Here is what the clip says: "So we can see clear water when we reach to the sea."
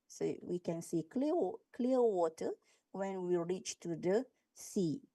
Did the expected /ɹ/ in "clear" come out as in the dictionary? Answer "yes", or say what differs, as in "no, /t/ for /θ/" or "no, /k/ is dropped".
no, /l/ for /ɹ/